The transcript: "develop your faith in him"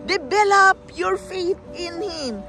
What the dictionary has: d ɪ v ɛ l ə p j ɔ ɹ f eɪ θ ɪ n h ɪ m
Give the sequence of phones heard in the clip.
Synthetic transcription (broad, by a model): d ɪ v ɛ l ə p j ɔ ɹ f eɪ t ɪ n h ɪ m